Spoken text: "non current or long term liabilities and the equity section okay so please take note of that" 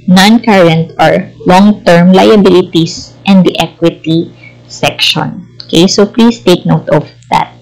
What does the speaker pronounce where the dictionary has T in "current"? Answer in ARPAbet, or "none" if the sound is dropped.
T